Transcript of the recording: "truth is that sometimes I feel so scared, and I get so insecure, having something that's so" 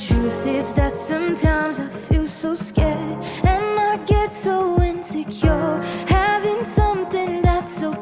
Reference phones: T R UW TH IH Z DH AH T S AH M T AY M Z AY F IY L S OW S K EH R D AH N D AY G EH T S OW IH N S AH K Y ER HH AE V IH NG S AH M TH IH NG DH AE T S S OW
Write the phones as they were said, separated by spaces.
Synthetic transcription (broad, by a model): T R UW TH IH Z DH AH T S AH M T AY M Z AY F IY L S OW S K EH R D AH N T G EH T S OW IH N S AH K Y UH HH AE V IH NG S AH M TH IH NG DH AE T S S OW